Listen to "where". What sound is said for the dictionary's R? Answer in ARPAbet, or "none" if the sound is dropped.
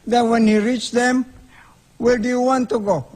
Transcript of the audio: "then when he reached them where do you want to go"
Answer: L